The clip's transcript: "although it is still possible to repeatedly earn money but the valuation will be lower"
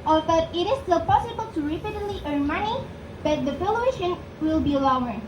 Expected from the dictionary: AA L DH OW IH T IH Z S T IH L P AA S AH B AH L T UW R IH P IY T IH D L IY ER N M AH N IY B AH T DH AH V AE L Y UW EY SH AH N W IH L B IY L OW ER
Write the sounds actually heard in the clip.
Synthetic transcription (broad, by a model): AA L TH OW IH T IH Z S T IH L P AA S AH B AH L T UW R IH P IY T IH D L IY ER N M AH N IY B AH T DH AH F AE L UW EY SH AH N W IH L B IY L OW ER